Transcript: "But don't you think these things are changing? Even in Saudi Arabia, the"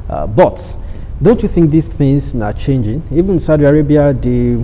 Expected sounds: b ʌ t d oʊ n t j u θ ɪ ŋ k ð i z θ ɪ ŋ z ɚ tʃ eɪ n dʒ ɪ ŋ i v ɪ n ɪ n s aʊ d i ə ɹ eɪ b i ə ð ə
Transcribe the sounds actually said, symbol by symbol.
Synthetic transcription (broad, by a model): b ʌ t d oʊ n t j u θ ɪ ŋ k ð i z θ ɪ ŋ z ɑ tʃ eɪ n dʒ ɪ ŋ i v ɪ ɪ n s aʊ d i ə ɹ eɪ b i ə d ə